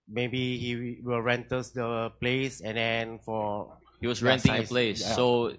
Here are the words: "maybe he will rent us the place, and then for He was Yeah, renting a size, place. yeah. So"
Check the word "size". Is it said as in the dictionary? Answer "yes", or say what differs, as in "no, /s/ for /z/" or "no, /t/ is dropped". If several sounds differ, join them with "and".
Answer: no, /z/ is dropped